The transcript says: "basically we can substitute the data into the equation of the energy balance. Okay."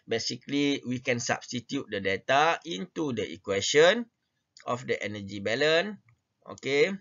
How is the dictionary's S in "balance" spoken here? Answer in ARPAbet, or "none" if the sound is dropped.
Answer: none